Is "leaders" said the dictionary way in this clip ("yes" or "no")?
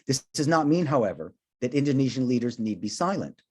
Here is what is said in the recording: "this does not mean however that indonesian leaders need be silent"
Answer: yes